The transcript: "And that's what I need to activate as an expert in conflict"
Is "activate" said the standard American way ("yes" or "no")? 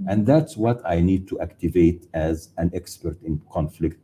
yes